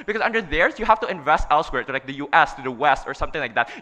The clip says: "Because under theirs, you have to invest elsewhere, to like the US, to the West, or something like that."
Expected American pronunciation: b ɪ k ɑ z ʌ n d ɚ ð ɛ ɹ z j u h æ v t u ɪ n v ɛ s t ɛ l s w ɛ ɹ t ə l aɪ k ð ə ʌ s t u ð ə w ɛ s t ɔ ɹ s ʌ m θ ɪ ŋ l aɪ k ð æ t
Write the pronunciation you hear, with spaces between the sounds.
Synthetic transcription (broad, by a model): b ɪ k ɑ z ʌ n d ɚ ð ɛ ɹ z j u h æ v t u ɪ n v ɛ s t ɛ l s w ɛ ɹ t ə l aɪ k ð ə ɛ s t u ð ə w ɛ s t ɔ ɹ s ʌ m θ ɪ ŋ l aɪ k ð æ t